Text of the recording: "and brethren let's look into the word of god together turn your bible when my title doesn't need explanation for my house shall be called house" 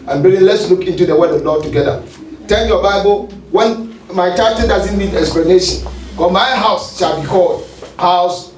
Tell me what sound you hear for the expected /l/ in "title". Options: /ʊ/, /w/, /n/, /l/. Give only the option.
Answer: /n/